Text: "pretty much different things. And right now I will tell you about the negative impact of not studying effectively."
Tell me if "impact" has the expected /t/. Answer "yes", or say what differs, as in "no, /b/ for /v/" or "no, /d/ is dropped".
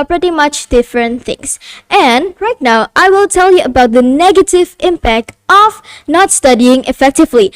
yes